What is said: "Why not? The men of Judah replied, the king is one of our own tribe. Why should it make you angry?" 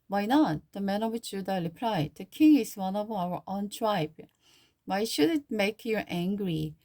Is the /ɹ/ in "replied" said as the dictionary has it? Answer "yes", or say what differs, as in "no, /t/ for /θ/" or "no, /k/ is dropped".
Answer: no, /l/ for /ɹ/